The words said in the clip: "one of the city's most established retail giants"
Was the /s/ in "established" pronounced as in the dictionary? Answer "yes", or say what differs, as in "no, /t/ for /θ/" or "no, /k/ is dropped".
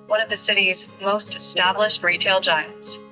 yes